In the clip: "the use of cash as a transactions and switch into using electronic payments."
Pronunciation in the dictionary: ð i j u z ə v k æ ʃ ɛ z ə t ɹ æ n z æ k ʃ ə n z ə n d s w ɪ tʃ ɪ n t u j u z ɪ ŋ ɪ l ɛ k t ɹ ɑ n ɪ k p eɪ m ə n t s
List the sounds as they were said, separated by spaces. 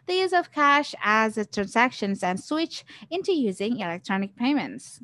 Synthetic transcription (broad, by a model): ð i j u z ə v k æ ʃ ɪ z ə t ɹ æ n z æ k ʃ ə n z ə n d s w ɪ tʃ ɪ n t u j u z ɪ ŋ ɪ l ɛ k t ɹ ɑ n ɪ k p eɪ m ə n t s